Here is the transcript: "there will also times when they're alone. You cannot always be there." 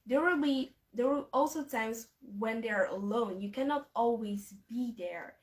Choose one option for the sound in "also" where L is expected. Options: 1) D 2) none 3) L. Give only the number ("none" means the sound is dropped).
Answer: 3